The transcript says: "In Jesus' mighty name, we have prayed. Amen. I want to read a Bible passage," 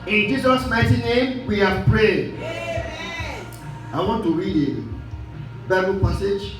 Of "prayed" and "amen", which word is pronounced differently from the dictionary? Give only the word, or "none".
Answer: amen